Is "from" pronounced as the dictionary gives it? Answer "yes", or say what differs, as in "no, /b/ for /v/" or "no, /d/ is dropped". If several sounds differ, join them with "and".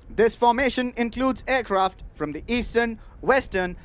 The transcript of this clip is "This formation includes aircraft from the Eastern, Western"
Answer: yes